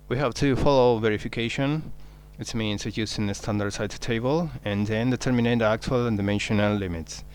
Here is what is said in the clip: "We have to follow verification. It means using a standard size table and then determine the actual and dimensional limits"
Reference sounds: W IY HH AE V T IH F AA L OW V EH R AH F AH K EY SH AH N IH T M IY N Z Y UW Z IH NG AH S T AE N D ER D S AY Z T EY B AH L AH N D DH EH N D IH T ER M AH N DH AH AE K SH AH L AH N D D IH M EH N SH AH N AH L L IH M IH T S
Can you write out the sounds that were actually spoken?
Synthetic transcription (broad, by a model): W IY HH AE V T IH F AA L OW V EH R AH F AH K EY SH AH N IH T M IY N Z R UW S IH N AH S T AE N D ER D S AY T T EY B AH L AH N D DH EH N D IH T ER M AH N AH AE K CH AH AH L D IH M EH N SH AH N AH L L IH M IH T S